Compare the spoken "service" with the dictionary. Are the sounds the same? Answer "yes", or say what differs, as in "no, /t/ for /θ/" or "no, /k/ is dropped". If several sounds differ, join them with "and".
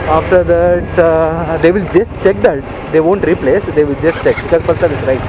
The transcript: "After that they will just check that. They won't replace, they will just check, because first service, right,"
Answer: no, /v/ is dropped